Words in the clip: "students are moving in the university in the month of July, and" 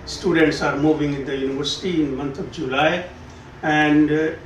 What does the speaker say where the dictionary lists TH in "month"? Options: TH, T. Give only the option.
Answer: T